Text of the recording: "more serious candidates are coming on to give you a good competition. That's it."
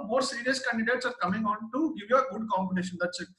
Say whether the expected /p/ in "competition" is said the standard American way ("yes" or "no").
no